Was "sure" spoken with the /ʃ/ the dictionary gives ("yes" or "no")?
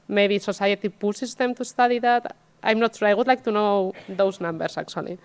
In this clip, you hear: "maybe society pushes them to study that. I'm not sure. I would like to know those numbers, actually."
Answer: no